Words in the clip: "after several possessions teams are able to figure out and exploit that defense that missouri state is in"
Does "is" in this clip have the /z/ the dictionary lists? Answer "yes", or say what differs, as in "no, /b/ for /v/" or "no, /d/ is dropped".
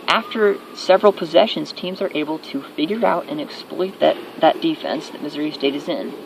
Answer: yes